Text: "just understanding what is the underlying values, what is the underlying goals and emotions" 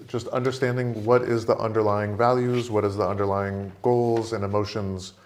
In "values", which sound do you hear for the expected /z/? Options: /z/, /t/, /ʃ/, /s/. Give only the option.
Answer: /z/